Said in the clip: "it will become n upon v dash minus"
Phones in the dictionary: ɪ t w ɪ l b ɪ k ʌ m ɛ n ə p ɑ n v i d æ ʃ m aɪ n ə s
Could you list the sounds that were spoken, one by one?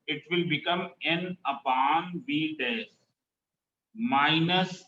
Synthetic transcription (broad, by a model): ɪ t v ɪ l b ɪ k ʌ m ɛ n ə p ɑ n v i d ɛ s m aɪ n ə s